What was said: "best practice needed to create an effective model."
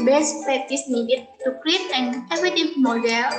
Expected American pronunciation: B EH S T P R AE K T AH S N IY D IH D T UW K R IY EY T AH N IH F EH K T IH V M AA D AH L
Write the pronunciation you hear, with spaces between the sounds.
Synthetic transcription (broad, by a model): B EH S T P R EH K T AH S N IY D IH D T UW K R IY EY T AH N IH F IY T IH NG M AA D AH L